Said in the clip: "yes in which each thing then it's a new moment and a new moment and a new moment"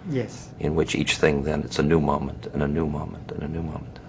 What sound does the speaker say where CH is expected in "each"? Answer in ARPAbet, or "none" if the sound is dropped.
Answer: CH